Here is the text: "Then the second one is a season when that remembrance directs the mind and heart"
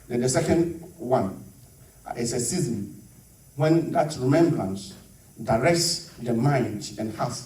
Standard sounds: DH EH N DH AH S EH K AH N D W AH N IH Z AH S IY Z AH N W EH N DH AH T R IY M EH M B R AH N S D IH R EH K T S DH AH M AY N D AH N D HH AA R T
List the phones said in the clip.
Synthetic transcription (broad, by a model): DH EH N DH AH S EH K AH N D W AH N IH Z AH S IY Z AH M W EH N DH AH T R IY M EH M B R AH N S D IH R EH K T S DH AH M AY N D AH N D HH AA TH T